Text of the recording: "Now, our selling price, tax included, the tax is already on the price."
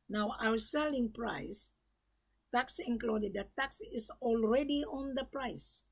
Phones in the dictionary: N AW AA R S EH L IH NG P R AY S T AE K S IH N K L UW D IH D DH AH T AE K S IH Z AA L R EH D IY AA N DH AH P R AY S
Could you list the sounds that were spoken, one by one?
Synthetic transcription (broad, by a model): N AW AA W S EH L IH NG P R AY S T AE K S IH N K L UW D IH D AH T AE K S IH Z AA L R EH D IY AA N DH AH P R AY S